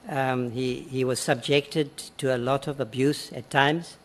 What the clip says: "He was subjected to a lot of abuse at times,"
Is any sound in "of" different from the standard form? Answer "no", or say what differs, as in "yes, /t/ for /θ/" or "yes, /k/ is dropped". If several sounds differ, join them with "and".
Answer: no